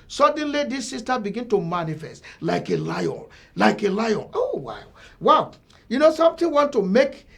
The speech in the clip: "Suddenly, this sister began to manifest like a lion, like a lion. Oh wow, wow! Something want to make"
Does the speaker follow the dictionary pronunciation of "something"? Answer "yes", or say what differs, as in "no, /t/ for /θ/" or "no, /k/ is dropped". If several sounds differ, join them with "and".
no, /t/ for /θ/